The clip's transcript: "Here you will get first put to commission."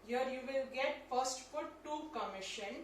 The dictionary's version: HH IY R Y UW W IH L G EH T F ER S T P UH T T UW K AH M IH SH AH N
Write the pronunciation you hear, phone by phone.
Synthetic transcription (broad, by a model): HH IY R Y UW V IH L G EH T F ER S T F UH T T UW K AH M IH SH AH N